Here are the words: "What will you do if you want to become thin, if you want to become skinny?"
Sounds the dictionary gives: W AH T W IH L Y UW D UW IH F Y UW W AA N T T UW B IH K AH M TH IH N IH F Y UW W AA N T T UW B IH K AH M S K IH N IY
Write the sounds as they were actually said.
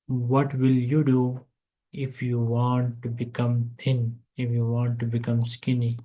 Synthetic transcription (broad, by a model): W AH T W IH L Y UW D UW IH F Y UW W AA N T T UW B IH K AH M T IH N IH F Y UW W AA N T T UW B IH K AH M S K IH N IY